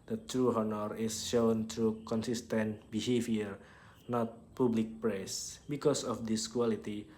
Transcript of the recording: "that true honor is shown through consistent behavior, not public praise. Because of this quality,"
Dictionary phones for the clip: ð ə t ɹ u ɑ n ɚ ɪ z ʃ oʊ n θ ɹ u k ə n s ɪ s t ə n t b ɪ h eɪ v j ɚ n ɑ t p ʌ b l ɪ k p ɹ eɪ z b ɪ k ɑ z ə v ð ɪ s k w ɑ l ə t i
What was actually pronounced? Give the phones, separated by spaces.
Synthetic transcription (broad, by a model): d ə t ɹ u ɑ n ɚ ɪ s ʃ oʊ n t ɹ u k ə n s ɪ s t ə n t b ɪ h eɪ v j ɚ n ɑ t p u b l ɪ k p ɹ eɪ s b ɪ k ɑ s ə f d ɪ s k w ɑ l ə t i